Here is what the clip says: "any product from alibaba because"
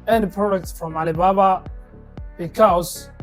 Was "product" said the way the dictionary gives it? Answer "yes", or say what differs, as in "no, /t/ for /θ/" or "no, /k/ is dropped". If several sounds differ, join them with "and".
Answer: no, /ɹ/ is dropped